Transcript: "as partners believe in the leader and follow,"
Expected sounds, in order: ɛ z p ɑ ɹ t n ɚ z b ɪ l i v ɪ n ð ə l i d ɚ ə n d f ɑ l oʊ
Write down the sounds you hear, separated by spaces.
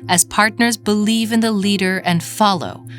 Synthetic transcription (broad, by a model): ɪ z p ɑ ɹ t n ɚ z b ɪ l i v ɪ n ð ə l i d ɚ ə n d f ɑ l oʊ